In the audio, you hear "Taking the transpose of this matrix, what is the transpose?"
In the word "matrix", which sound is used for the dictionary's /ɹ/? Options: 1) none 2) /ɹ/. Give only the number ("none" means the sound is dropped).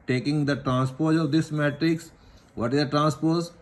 2